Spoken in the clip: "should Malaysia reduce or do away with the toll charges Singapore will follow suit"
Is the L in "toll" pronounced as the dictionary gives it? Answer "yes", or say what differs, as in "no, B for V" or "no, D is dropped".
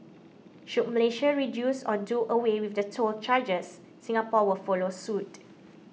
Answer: yes